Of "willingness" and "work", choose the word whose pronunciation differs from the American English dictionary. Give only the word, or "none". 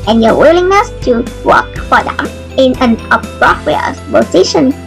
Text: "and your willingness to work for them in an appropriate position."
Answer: none